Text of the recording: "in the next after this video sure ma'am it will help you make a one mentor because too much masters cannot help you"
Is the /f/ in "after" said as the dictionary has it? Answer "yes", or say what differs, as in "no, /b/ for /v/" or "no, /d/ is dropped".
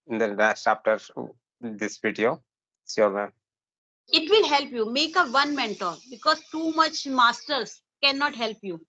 no, /p/ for /f/